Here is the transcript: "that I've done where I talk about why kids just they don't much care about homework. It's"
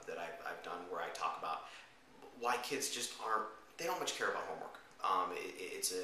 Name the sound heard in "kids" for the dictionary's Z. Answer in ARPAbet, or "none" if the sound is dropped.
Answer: Z